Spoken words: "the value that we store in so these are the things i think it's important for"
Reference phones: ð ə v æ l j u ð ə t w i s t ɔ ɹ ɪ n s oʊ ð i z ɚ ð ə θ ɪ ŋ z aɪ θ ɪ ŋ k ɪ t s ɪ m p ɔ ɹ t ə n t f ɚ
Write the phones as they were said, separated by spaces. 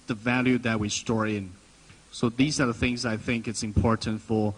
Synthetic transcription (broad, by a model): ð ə v æ l j u ð ə t w i s t ɔ ɹ ɪ n s oʊ ð i z ɚ ð ə θ ɪ ŋ z aɪ θ ɪ ŋ k ɪ t s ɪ m p ɔ ɹ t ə n t f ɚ